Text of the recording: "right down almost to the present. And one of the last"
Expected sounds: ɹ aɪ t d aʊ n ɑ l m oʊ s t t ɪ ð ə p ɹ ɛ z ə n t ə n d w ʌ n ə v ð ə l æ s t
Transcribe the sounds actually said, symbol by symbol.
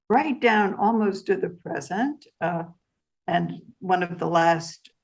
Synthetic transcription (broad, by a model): ɹ aɪ t d aʊ n ɑ l m oʊ s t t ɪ ð ə p ɹ ɛ z ə n t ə n w ʌ n ə v ð ə l æ s t